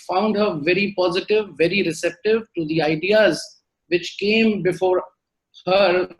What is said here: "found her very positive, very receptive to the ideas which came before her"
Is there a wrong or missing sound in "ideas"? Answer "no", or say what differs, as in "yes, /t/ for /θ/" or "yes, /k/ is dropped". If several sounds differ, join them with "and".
no